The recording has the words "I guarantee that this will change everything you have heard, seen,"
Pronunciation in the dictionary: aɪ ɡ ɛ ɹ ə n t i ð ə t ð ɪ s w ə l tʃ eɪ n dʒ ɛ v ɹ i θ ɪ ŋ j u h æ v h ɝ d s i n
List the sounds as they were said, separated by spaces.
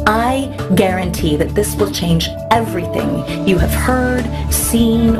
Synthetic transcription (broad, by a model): aɪ ɡ ɛ ɹ ə n t i ð ə t ð ɪ s w ə l tʃ eɪ n dʒ ɛ v ɹ i θ ɪ ŋ j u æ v h ɝ d s i n